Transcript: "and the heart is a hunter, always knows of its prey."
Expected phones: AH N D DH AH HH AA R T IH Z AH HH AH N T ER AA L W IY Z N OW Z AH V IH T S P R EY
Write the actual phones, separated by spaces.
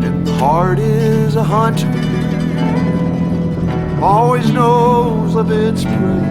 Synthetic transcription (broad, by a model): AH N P AA R T IH Z AH HH AH N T AA L W IY Z N OW Z AH V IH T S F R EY